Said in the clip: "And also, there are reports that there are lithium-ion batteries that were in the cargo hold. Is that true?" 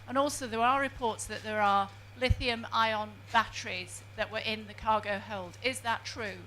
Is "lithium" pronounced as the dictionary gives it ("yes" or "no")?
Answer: yes